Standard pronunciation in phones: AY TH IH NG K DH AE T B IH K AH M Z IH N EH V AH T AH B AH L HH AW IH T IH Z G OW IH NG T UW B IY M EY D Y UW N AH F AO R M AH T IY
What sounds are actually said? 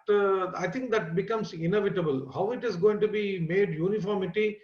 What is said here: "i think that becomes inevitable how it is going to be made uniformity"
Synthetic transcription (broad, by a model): AY T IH NG K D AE T B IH K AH M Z IH N EH V AH T AH B AH L HH AW IH T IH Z G OW IH NG T UW B IY M EY D Y UW N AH F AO R M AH T IY